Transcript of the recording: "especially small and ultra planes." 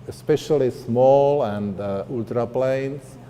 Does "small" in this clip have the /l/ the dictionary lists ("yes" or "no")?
yes